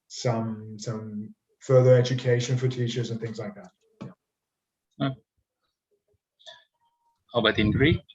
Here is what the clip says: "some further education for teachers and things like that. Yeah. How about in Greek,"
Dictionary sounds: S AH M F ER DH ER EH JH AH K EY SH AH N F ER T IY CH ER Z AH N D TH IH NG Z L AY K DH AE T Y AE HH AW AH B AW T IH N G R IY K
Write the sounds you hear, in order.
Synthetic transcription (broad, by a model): S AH M F ER DH ER EH JH AH K EY SH AH N F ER T IY CH ER Z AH N TH IH NG Z L AY K DH AE T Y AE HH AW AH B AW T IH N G R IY